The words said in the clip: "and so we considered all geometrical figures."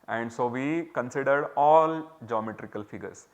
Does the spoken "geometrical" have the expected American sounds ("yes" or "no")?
yes